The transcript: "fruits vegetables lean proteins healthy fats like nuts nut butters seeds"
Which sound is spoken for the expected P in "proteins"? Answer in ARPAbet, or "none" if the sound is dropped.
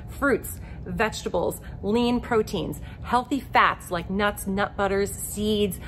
P